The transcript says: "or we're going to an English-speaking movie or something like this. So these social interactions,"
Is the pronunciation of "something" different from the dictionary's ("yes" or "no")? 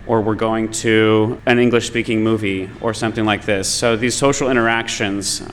no